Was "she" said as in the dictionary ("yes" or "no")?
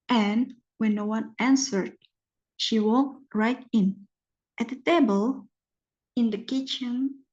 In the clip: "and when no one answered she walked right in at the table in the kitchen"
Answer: yes